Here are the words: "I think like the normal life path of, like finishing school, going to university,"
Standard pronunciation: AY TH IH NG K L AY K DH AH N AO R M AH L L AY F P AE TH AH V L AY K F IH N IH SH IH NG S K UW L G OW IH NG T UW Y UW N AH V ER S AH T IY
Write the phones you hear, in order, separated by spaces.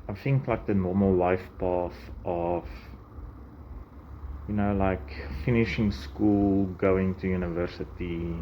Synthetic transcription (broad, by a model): AY TH IH NG K L AY K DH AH N AO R M AH L W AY F P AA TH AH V L AY K F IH N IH SH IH NG S K UW L G OW IH NG T UW Y UW N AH V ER S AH T IY